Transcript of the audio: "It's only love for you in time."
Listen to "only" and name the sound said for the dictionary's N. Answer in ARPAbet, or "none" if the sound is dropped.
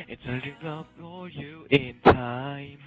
none